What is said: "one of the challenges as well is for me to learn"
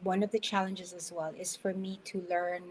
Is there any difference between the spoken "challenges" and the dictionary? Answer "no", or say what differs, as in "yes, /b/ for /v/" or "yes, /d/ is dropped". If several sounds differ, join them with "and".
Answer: no